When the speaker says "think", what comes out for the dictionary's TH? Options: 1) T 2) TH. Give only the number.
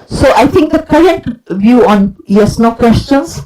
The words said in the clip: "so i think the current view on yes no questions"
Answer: 1